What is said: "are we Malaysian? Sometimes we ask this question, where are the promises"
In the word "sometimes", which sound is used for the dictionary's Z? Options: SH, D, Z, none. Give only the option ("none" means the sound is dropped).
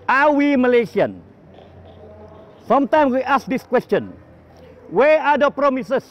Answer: none